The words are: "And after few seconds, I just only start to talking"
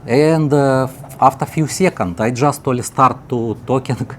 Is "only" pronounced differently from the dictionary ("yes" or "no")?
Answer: yes